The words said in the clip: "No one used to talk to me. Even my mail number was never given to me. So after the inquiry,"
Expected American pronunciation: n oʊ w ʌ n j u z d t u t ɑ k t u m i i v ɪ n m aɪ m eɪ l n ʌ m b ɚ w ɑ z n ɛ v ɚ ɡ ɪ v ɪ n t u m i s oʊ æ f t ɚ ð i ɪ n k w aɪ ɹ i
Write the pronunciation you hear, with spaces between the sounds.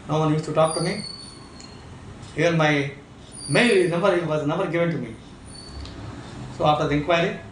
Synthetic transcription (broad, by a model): n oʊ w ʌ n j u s t u t ɑ k t u m i i v ɪ n m aɪ m eɪ l n ʌ m b ɚ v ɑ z n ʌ b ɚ ɡ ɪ v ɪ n t u m i s oʊ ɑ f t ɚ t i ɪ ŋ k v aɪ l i